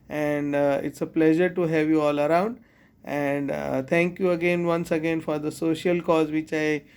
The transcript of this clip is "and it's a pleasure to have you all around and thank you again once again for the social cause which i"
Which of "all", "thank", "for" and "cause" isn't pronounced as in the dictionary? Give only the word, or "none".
thank